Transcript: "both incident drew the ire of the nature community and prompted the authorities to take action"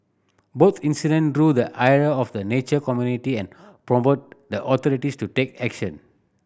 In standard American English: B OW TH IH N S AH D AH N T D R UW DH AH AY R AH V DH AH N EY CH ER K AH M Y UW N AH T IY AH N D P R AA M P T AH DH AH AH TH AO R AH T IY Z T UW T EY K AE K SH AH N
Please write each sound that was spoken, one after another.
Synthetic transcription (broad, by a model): B OW T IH N S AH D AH N D R UW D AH AY R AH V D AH N EY CH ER K AH M Y UW N AH T IY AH N P R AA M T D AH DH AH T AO R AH T IY S T UW T EY K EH K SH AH N